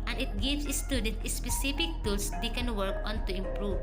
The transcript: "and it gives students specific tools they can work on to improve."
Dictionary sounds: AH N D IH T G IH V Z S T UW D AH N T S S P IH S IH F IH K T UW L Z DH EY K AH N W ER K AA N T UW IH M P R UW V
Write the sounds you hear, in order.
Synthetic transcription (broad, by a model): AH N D IH T G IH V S S T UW D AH N T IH S P IH S IH F IH K T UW L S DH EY K AH N W ER K AA N T UW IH M P R UW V